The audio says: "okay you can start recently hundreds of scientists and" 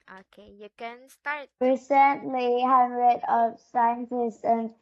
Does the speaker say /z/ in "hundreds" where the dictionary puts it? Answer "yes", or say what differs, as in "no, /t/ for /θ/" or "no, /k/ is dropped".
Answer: no, /z/ is dropped